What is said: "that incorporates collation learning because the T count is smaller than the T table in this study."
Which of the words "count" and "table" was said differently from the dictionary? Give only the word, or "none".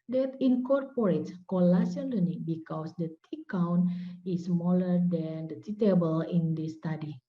count